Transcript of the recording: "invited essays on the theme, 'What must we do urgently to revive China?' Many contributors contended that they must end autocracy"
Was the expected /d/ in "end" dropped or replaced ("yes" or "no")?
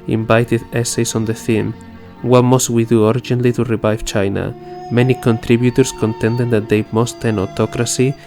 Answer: yes